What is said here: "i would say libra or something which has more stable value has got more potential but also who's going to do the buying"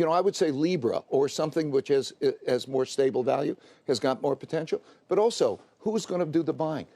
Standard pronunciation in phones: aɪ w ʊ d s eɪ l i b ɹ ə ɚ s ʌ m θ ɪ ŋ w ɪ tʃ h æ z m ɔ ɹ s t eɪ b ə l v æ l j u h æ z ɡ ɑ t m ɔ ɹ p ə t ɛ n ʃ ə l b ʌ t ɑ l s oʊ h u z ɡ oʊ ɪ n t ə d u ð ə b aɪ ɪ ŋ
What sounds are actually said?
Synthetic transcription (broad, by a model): aɪ w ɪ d s eɪ l i b ɹ ə ɚ s ʌ m θ ɪ ŋ w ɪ tʃ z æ z m ɔ ɹ s t eɪ b l v æ l j u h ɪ z ɡ ɑ t m ɔ ɹ p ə t ɛ n ʃ l b ʌ t ɑ l s oʊ h u z ɡ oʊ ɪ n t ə d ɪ ð ə b aɪ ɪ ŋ